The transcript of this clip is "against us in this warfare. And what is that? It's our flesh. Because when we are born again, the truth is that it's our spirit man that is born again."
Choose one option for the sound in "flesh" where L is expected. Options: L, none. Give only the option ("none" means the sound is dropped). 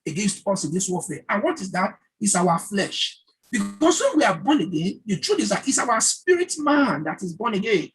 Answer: L